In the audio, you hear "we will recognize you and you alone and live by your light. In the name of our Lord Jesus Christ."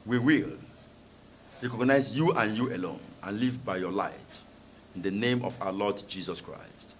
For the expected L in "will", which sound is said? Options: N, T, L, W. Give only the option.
L